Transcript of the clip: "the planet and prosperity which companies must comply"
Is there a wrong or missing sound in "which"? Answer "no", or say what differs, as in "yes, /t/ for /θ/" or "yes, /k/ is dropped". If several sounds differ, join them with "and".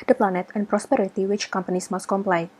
no